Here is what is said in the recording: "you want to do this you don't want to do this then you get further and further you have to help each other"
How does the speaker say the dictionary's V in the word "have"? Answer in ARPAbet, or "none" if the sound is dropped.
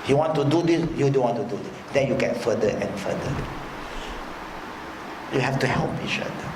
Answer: F